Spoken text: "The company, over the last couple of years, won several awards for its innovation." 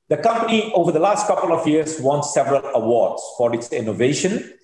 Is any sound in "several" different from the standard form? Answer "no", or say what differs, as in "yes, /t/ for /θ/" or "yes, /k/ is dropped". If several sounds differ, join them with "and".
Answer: no